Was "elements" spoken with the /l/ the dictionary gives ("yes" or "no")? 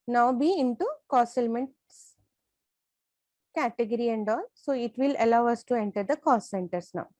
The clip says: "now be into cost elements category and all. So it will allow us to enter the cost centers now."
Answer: yes